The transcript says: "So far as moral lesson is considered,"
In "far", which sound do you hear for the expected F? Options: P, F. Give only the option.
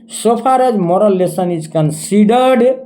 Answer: P